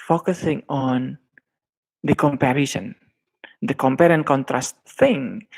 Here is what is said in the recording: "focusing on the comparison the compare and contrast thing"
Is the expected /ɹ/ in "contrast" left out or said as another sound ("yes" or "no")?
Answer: no